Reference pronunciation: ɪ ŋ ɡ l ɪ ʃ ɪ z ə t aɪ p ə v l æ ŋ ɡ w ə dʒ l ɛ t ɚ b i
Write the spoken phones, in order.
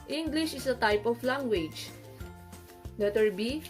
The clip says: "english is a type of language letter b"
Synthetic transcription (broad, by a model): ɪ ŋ ɡ l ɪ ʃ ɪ s ə t aɪ p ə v l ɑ ŋ ɡ w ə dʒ n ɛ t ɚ b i